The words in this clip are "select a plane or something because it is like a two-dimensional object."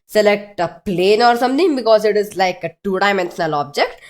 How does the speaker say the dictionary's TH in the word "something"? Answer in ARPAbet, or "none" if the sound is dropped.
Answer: T